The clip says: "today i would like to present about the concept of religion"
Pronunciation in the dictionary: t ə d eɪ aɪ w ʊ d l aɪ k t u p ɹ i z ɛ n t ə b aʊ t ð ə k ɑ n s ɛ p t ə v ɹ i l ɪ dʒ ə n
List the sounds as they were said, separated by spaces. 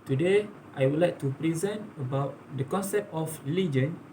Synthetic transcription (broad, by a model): t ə d eɪ aɪ w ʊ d l aɪ k t u p ɹ i z ɛ n t ə b aʊ t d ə k ɑ n s ɛ p t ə f ɹ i l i dʒ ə n